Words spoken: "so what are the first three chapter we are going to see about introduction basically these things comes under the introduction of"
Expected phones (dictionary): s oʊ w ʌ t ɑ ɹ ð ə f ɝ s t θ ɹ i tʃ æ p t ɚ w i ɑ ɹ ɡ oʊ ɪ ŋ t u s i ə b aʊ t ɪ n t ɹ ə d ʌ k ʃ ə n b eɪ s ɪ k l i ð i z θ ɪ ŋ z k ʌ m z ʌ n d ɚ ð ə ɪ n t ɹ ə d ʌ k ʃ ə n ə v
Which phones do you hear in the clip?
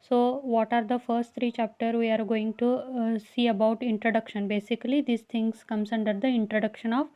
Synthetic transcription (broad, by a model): s oʊ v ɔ t ɑ ɹ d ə f ɝ s t t ɹ i tʃ æ p t ɚ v i ɑ ɹ ɡ oʊ ɪ ŋ t u s i ə b aʊ t ɪ n t ɹ ə d ʌ k ʃ ə n b eɪ s ɪ k l i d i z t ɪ ŋ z k ʌ m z ʌ n d ɚ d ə ɪ n t ɹ ə d ʌ k ʃ ə n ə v